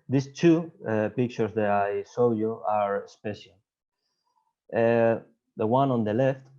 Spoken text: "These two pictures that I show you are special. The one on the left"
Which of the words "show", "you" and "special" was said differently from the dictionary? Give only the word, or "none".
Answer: show